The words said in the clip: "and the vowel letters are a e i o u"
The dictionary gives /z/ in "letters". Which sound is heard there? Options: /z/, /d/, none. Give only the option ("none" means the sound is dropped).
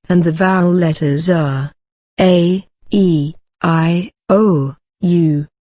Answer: /z/